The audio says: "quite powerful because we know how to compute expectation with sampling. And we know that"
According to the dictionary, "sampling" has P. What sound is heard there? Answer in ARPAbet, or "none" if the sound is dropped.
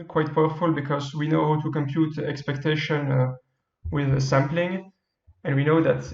P